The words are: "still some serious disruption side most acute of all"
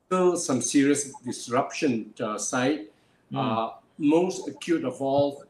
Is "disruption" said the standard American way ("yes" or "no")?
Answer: yes